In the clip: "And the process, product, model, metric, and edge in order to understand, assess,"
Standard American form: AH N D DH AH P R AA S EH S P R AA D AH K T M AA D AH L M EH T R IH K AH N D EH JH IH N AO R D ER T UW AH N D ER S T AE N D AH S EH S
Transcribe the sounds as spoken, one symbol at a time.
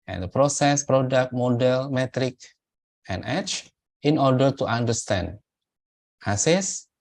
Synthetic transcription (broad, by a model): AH N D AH P R AA S EH S P R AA D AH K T M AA D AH L M EH T R IH K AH N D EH CH IH N AO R D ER T UW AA N D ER S T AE N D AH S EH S